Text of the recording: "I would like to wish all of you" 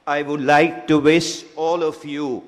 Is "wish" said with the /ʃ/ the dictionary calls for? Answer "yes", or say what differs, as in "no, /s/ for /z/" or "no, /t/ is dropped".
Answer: no, /s/ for /ʃ/